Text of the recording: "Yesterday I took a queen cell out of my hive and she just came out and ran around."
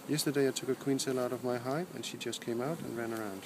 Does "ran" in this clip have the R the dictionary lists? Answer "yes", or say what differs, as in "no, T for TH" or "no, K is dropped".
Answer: yes